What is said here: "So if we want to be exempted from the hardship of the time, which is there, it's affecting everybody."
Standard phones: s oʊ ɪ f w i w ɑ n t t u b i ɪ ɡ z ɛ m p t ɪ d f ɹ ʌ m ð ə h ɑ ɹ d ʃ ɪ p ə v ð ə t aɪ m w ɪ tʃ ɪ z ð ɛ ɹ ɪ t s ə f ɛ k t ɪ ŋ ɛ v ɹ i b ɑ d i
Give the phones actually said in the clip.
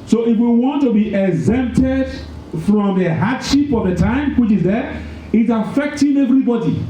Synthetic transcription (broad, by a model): s oʊ ɪ f w i w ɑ n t t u b i ɪ ɡ z ɛ m p t ɪ d f ɹ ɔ m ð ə h ɑ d ʃ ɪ p ə v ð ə t aɪ m w ɪ tʃ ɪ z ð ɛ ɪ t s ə f ɛ k t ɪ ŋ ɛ v ɹ i b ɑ d i